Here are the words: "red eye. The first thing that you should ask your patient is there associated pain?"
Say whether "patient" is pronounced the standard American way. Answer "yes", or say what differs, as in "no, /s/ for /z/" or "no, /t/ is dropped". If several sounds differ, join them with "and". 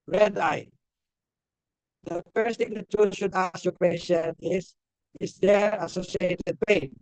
no, /s/ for /ʃ/